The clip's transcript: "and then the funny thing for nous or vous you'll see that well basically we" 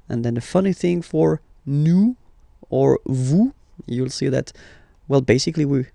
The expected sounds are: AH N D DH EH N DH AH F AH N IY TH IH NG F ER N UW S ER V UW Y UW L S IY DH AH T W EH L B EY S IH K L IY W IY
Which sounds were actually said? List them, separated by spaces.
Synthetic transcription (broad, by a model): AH N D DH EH N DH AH F AH N IY TH IH NG F ER N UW ER V UW Y UW L S IY DH AH T W EH L B EY S IH K L IY W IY